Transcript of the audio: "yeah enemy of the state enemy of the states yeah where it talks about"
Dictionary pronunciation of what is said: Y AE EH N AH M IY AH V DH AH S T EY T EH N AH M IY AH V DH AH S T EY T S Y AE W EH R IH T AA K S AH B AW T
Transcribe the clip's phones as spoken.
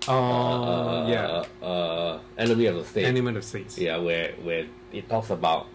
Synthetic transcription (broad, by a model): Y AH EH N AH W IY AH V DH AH S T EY EH N AH M IY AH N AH S T EY T S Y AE W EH W IH T AA K S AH B AW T